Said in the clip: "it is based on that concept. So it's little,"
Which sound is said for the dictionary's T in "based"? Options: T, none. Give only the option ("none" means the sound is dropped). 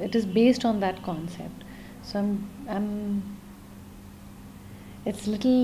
T